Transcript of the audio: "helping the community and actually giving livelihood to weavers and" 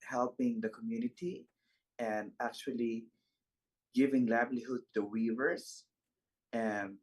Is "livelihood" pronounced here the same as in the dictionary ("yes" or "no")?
no